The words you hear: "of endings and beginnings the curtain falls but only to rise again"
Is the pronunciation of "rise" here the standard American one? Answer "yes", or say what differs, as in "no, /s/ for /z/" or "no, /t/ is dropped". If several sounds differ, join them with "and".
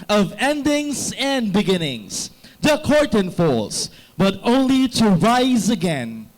yes